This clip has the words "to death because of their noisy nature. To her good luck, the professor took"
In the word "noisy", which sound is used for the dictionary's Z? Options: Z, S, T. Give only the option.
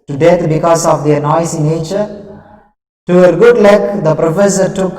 S